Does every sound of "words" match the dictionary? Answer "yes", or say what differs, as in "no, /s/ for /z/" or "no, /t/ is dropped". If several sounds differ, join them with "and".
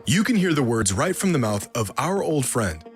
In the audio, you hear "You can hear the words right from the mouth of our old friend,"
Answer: yes